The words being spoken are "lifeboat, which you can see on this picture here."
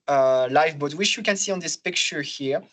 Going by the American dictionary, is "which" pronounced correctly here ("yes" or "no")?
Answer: no